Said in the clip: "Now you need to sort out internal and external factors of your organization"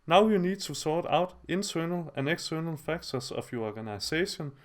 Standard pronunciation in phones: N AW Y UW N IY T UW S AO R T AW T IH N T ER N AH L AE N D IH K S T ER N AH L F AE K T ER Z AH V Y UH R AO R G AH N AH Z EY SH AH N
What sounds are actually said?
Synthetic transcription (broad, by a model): N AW Y UW N IY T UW S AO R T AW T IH N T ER N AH L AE N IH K S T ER N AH L F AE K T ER S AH F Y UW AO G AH N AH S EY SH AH N